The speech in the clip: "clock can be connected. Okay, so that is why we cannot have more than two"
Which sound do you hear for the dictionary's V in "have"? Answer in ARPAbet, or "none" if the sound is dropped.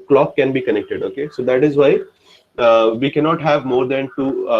V